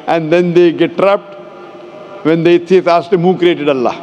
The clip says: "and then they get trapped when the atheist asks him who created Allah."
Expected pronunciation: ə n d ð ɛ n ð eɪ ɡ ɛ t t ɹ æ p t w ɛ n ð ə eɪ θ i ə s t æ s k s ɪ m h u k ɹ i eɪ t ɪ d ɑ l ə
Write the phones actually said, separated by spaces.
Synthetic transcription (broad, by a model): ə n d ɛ n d eɪ ɡ ɛ t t ɹ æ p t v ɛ n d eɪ t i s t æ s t ɪ m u k ɹ i eɪ t ɪ d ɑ l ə